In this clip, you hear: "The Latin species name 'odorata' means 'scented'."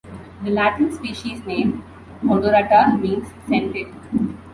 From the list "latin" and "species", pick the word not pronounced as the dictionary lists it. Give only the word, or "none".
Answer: none